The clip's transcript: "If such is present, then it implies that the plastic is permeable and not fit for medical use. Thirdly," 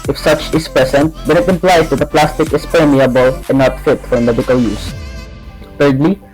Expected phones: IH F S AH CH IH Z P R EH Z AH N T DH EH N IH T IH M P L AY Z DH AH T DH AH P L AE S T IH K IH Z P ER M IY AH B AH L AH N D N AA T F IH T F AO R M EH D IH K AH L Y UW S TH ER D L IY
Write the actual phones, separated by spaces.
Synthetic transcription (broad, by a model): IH F S AH CH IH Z P R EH S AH N T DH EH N IH T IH M P L AY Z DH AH T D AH P L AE S T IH K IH S P ER M IY AH B AH L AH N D N AA T F IH T F AO R M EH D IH K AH L Y UW S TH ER D L IY